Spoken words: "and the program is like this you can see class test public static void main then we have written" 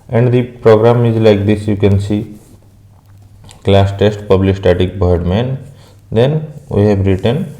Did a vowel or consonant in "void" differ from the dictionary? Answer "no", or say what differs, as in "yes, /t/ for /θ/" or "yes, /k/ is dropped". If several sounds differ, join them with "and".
yes, /b/ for /v/